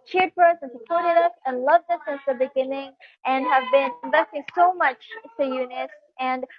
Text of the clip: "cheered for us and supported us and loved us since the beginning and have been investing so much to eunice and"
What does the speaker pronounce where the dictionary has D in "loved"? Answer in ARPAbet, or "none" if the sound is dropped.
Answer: D